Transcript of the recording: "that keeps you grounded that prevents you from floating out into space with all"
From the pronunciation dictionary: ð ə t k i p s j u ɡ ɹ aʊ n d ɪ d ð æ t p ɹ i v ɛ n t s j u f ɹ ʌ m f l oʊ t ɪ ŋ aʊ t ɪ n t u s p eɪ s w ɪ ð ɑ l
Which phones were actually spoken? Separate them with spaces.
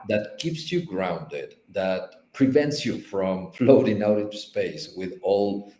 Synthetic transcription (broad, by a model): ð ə t k i p s j u ɡ ɹ aʊ n d ɪ d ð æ t p ɹ i v ɛ n t s j u f ɹ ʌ m f l oʊ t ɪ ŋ aʊ t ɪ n t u s p eɪ s w ɪ ð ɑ l